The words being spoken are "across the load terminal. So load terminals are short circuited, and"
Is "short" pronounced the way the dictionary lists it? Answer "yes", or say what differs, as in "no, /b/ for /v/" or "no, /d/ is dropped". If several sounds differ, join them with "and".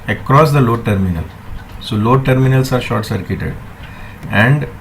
yes